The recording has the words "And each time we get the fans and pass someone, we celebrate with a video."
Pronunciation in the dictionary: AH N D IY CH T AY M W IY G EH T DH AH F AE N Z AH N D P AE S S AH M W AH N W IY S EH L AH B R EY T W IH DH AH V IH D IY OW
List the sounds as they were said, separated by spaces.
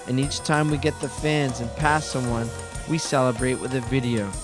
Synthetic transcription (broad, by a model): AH N IY CH T AY M W IY G EH T DH AH F AE N Z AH N P AE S S AH M W AH N W IY S EH L AH B R EY T W IH DH AH V IH D IY OW